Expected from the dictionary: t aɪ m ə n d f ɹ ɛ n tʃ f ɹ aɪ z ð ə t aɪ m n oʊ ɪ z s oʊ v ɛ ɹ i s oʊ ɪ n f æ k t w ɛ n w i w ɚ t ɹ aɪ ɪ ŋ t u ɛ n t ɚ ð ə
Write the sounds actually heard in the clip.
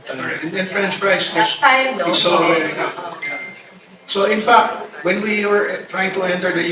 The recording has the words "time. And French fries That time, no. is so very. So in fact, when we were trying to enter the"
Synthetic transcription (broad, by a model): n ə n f ɹ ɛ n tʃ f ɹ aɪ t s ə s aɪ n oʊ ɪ s oʊ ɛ i s oʊ ɪ n f æ k t w ɛ n w i w ɚ t ɹ aɪ ɪ ŋ t u ɛ n t ɚ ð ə